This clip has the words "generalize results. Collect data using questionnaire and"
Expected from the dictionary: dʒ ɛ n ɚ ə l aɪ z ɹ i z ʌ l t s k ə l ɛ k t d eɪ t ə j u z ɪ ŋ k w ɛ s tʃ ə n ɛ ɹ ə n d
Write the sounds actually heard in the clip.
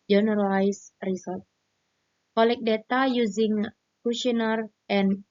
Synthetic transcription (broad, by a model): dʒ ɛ n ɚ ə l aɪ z ɹ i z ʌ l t k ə l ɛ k d eɪ t ə j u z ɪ ŋ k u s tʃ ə n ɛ ɹ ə n